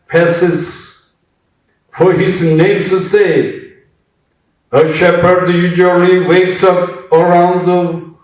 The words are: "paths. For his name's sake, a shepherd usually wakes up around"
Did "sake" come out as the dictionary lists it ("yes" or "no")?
no